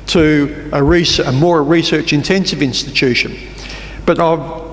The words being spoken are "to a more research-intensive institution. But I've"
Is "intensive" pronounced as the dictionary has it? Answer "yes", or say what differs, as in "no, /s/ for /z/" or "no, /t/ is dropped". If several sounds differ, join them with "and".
yes